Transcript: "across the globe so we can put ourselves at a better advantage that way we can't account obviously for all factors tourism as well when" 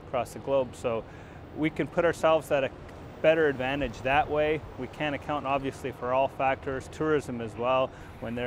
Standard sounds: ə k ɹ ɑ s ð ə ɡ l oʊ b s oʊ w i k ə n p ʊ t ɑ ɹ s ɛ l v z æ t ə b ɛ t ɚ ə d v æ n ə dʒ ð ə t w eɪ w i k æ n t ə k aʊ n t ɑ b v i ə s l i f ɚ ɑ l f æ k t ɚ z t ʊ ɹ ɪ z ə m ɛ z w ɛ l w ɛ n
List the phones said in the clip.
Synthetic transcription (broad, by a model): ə k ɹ ɑ s ð ə ɡ l oʊ b s oʊ w i k ə n p ʊ t ɑ ɹ s ɛ l v z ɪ t ə b ɛ t ɚ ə d v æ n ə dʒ ð ə t w eɪ w i k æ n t ə k aʊ n t ɑ b v i ə s l i f ɚ ɑ l f æ k t ɚ z t ʊ ɹ ɪ z ə m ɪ z w ɛ l w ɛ n